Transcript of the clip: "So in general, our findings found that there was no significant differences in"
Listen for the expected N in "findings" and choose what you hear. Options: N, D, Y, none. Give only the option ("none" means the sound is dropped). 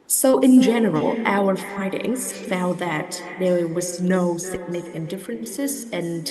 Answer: none